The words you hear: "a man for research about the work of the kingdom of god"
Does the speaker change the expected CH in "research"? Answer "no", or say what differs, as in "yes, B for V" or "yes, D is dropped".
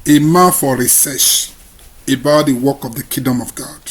yes, SH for CH